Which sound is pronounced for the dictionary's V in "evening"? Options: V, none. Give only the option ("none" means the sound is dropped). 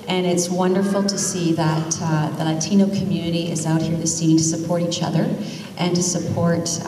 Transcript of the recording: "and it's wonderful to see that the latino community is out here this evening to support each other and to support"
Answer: none